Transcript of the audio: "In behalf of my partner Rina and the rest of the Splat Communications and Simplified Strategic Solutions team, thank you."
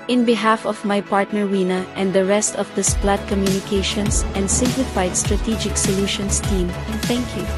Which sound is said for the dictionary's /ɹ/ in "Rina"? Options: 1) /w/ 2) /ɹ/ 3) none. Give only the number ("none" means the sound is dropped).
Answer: 1